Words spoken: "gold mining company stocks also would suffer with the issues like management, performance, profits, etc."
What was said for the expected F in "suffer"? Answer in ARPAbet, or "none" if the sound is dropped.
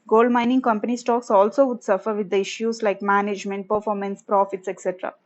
F